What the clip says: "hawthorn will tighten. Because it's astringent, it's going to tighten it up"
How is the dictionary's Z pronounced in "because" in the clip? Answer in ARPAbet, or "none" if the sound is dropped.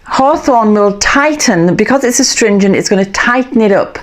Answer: Z